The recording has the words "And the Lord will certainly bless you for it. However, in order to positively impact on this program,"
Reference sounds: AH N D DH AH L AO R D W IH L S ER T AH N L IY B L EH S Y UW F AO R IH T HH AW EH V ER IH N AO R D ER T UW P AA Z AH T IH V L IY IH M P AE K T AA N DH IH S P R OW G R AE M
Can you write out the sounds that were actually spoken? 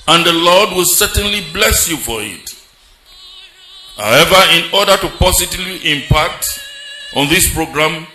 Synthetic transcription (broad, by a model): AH N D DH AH L AO R D W IH L S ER T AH N L IY B L EH S Y UW F AO R IH T HH AW EH V ER IH N AO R D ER T UW P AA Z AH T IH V L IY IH M P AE K T AA N DH IH S P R OW G R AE M